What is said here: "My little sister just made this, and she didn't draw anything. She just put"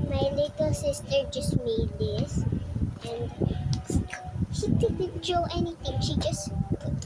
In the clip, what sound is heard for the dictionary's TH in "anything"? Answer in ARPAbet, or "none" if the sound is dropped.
T